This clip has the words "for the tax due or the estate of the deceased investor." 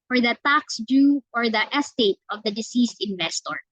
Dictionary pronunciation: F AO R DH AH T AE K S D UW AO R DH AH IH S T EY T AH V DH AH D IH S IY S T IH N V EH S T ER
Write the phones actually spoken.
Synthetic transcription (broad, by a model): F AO R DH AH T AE K S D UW AO R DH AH IH S T EY T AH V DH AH D IH S IY S T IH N V EH S T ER